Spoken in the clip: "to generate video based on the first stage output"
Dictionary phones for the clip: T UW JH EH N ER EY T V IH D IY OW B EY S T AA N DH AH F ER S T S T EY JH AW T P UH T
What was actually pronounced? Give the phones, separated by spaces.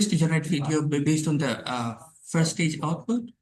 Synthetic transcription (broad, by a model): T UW JH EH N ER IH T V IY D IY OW B EY S T AA N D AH F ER T S T EY JH AW T P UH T